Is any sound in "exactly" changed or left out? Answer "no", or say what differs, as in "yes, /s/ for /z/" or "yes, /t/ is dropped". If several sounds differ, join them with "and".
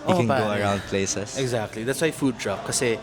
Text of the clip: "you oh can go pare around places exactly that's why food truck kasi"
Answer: no